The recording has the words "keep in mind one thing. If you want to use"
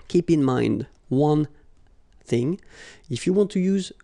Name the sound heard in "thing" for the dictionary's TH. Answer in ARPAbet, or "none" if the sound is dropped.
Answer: TH